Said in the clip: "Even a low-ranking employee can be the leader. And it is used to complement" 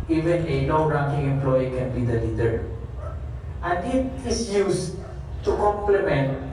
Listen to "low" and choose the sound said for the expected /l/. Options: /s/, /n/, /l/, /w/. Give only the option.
/n/